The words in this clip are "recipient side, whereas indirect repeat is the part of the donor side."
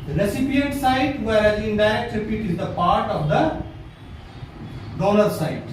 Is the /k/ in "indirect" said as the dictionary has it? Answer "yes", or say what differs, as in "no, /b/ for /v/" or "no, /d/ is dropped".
no, /k/ is dropped